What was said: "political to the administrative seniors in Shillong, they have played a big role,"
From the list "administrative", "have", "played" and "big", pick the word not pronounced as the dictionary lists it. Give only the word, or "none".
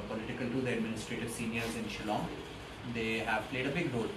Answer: none